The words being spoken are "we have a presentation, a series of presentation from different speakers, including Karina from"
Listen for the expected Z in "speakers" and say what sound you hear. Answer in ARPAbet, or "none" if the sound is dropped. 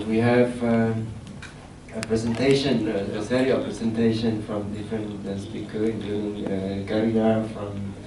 none